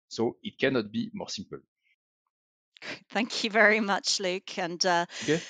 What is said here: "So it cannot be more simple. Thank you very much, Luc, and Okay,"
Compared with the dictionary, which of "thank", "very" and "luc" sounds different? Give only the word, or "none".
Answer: none